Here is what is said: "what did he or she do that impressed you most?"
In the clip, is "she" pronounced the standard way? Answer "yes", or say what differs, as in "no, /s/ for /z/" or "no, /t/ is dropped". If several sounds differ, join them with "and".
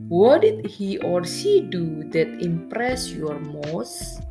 no, /s/ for /ʃ/